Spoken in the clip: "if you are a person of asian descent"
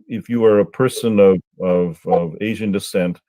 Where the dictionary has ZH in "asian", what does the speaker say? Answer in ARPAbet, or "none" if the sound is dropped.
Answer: ZH